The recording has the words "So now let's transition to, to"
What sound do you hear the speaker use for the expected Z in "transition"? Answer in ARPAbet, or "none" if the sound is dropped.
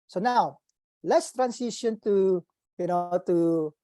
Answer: S